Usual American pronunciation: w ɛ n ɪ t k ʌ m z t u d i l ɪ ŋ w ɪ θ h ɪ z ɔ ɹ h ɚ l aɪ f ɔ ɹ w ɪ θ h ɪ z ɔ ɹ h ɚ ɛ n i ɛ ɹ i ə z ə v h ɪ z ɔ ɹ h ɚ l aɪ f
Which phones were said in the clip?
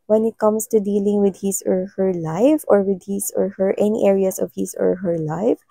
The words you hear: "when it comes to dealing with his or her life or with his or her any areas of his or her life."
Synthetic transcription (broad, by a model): w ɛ n ɪ t k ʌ m s t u d i l ɪ ŋ w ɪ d h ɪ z ɔ ɹ h ɚ l aɪ f ɔ ɹ w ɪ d h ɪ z ɔ ɹ h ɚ ɛ n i ɛ ɹ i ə s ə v h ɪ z ɔ ɹ h ɚ l aɪ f